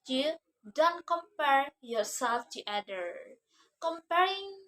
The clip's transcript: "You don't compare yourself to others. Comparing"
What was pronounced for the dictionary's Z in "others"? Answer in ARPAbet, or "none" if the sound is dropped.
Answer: none